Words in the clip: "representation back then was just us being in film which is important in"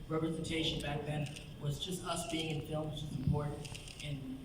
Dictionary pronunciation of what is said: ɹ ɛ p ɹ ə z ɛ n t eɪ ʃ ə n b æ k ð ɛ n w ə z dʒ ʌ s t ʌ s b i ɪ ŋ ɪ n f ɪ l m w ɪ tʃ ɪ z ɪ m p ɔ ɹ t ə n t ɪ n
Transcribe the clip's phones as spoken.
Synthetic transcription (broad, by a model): ɹ ɛ p ɹ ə z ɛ n t eɪ ʃ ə n b æ k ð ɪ n w ə z dʒ ʌ s t ʌ s b i ɪ ŋ ɪ n f ɪ l m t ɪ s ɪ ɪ p ɔ ɹ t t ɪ n